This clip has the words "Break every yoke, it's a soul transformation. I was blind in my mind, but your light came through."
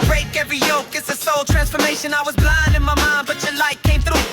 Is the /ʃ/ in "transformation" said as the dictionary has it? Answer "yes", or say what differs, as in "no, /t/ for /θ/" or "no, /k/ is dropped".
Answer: yes